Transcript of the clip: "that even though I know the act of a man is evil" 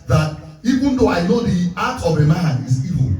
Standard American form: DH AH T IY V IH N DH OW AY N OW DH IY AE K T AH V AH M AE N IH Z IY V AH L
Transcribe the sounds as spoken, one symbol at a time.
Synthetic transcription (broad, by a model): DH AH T IY V IH N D OW AY N OW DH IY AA T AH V AH M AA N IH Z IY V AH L